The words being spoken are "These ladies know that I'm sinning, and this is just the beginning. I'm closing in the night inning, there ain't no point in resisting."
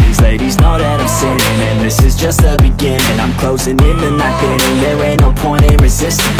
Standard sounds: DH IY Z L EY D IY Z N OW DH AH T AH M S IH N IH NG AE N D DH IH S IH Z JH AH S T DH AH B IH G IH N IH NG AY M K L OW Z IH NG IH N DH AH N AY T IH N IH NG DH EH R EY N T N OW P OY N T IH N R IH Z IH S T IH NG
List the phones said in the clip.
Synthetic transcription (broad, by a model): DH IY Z L EY D IY Z N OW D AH T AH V S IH IH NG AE N DH IH S IH Z JH AH S T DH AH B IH G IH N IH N AY M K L OW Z IH NG IH N DH AH N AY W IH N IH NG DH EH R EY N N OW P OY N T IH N R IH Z IH S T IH